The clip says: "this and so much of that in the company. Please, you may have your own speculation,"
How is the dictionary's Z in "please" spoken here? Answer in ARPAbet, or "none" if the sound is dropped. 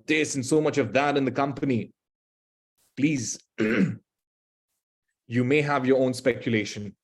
Z